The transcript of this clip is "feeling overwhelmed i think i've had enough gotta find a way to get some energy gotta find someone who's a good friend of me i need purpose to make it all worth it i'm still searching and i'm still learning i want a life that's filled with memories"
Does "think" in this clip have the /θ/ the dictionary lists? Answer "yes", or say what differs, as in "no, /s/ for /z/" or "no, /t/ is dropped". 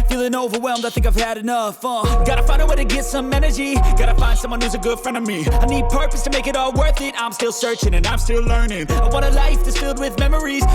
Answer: yes